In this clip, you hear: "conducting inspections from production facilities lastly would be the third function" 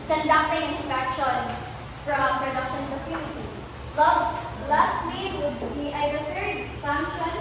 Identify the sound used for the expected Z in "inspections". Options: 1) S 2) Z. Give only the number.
1